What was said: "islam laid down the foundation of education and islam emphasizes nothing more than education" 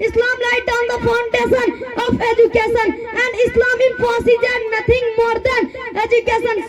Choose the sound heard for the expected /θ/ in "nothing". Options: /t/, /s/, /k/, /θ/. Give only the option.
/t/